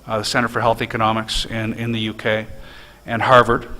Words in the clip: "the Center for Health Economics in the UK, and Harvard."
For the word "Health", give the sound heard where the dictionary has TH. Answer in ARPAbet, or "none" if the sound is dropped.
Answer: TH